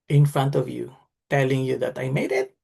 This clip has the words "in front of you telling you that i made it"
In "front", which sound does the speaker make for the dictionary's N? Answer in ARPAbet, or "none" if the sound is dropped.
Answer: N